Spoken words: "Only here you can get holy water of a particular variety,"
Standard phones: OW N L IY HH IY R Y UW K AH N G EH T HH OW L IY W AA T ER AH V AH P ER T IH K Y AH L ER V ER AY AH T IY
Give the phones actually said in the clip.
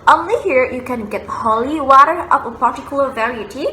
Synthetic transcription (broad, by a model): OW N L IY HH IY R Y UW K AH N G EH T HH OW L IY W AA T ER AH P AH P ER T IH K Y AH L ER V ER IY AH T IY